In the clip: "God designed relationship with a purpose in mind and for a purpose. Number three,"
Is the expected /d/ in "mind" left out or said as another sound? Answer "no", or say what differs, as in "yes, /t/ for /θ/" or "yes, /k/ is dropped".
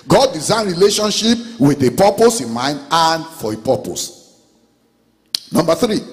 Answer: no